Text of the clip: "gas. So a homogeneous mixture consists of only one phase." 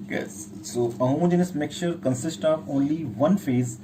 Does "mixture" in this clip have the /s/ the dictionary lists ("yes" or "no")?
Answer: no